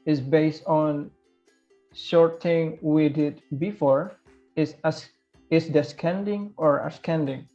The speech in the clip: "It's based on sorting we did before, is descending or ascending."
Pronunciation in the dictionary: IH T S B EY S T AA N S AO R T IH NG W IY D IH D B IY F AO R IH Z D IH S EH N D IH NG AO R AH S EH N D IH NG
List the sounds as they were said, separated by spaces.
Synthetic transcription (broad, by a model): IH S B EY S T AA N SH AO R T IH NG W IY D IH D B IY F AO R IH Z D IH S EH N D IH NG AO R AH S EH N D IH NG